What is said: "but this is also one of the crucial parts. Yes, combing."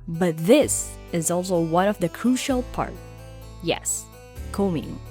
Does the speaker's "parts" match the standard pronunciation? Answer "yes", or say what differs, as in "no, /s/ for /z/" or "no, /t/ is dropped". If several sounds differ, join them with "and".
no, /s/ is dropped